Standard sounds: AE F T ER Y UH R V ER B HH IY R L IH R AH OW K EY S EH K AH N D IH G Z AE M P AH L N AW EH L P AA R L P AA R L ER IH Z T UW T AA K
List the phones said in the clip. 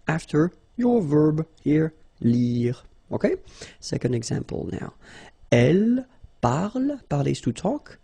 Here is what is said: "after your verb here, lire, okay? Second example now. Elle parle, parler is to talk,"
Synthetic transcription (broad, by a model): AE F T ER Y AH R V ER B HH IY R L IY R OW K EY S EH K AH N D IH G Z AE M P AH L N AW EH L P AA R L P AA R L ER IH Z T UW T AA K